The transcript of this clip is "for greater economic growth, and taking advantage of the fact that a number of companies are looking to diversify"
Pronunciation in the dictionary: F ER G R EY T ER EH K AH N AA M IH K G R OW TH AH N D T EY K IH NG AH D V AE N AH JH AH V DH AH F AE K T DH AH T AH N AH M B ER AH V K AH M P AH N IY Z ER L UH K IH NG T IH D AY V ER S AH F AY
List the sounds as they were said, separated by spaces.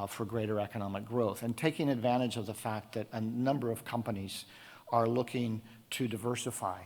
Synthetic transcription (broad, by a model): F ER G R EY T ER EH K AH N AA M IH K G R OW TH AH N T EY K IH NG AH D V AE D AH JH AH V DH AH F AE K T DH AH T AH N AH M B ER AH V K AH M P AH N IY Z ER L UH K IH NG T IH D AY V ER S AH F AY